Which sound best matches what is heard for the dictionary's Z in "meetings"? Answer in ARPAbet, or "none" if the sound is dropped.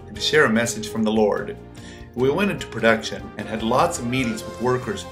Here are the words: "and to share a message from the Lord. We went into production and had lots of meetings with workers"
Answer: Z